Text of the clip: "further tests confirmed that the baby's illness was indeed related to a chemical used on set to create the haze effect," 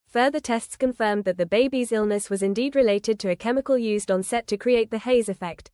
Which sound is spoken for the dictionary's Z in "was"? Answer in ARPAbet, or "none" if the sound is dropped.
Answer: Z